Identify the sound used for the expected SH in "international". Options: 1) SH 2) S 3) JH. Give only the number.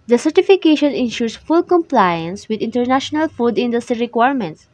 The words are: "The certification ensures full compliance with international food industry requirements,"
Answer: 1